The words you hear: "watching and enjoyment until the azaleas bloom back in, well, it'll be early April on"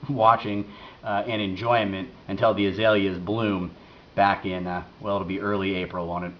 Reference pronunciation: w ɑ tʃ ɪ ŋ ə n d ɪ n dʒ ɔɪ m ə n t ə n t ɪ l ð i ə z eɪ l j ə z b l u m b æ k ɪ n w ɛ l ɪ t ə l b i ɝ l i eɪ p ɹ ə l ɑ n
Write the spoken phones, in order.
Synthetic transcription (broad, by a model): w ɑ tʃ ɪ ŋ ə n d ɪ n dʒ ɔɪ m ə n t ə n t ɪ l ð i ə z eɪ l j ə z b l u m b æ k ɪ n w ɛ l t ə b i ɝ l i eɪ p ɹ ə n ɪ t